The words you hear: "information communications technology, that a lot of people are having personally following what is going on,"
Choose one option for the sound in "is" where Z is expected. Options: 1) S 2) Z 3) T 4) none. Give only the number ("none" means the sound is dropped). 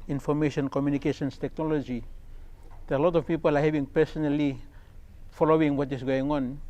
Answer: 1